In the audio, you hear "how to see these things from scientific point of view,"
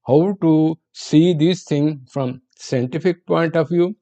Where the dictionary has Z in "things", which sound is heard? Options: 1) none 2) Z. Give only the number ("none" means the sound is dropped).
1